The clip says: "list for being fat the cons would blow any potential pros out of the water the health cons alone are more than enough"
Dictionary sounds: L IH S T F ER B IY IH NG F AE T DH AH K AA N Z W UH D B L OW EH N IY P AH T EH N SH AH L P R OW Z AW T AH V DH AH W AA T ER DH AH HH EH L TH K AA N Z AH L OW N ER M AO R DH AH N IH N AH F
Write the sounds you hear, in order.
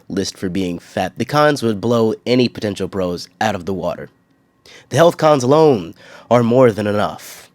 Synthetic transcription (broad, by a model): L IH S T F ER B IY IH NG F AE T DH AH K AA N Z W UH D B L OW EH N IY P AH T EH N SH L P R OW Z AW T AH V DH AH W AA T ER DH AH HH EH L TH K AA N Z AH L OW N ER M AO R DH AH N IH N AH F